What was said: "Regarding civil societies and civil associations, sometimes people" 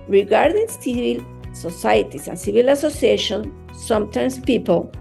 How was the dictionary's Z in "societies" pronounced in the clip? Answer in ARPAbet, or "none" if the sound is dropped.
S